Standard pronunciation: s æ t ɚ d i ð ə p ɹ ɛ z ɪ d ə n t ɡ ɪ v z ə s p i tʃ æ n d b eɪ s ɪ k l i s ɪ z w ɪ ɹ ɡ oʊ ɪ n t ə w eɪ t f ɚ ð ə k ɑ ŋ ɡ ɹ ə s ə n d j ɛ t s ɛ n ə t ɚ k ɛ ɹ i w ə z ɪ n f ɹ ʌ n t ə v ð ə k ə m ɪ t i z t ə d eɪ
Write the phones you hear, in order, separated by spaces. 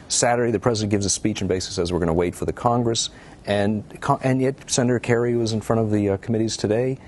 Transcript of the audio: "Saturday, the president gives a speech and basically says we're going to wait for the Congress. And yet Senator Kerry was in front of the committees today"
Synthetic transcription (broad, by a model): s æ t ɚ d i ð ə p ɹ ɛ z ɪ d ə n ɡ ɪ v z ə s p i tʃ n b eɪ ɪ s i s ɪ z w ɪ ɹ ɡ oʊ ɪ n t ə w eɪ t f ɚ ð ə k ɑ ŋ ɡ ɹ ə s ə n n j ɛ t s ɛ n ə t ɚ k ɛ ɹ i w ə z ɪ n f ɹ ʌ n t ə v ð ə k ə m ɪ t i z t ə d eɪ